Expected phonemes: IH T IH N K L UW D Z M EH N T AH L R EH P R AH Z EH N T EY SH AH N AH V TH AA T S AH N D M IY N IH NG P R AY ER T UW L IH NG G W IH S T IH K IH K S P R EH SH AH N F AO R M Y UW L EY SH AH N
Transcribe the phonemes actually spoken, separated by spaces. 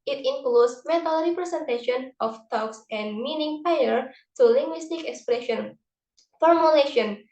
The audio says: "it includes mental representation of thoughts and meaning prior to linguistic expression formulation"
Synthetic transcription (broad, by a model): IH T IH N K L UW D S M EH T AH L R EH P R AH S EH N T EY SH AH N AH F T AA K S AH N M IY N IH NG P AY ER T UW L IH NG G W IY S T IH K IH K S P R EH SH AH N F AO R M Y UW L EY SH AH N